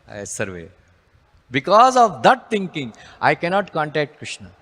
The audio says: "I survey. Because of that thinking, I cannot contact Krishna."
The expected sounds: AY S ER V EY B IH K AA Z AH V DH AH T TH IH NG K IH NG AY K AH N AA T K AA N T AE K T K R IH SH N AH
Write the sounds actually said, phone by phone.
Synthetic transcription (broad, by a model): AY S ER V EY B IH K AA Z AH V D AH T T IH NG K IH NG AY K AH N AA T K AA N T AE K T K R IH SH N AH